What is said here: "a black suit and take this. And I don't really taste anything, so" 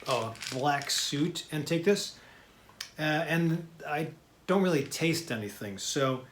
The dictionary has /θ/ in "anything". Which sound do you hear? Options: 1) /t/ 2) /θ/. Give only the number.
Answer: 2